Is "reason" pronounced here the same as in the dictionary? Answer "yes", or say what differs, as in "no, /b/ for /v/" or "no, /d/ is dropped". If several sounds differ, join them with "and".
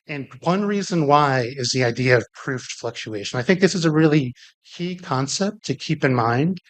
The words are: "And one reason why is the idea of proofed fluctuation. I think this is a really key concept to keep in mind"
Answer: yes